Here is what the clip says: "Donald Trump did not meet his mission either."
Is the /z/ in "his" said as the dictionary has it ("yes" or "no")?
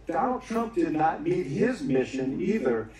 yes